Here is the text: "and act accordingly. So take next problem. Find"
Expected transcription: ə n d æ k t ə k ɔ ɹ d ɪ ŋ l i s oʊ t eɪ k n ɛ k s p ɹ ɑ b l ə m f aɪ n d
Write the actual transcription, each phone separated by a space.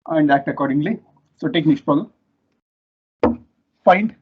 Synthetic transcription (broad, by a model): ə n d æ k t ə k ɔ ɹ d ɪ ŋ l i s oʊ t eɪ k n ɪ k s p ɑ l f aɪ n d